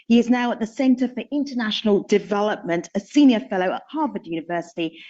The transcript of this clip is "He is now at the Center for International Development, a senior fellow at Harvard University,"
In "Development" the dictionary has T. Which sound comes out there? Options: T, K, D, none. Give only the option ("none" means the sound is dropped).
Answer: T